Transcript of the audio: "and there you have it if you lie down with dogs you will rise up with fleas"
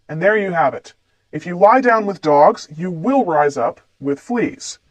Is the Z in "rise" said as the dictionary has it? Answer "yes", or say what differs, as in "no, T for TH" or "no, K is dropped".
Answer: yes